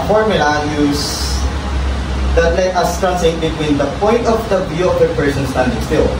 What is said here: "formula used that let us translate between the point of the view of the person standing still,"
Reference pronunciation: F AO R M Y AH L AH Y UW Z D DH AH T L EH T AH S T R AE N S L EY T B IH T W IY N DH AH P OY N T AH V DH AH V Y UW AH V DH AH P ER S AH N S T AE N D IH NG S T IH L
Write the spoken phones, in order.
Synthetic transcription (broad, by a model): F AO R M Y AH L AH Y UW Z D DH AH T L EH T AH S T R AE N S EY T B IH T W IY N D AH P OY N T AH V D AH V Y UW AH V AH P ER S AH N S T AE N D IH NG S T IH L